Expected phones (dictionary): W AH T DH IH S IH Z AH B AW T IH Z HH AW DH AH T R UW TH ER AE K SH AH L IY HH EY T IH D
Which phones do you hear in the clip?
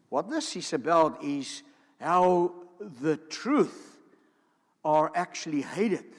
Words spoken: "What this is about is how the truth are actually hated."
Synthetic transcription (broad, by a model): W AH T DH IH S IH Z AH B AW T IH Z HH AW DH AH T R UW TH ER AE K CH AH L IY HH EY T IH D